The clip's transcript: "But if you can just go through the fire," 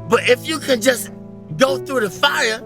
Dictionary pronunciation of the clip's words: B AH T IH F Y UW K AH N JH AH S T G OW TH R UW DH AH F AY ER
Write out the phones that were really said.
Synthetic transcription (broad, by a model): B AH T IH F Y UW K AH N JH AH S G OW TH R UW DH AH F AY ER